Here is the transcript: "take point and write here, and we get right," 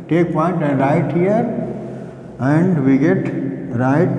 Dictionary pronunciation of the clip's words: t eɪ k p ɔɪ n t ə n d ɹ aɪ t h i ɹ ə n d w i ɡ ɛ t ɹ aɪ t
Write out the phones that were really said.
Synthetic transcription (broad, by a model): t eɪ k p ɔɪ n t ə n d ɹ aɪ t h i ɹ ə n d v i ɡ ɛ t ɹ aɪ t